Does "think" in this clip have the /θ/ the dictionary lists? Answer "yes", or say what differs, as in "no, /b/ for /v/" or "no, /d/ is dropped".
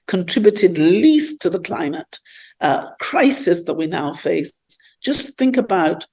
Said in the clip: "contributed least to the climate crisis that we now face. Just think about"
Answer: yes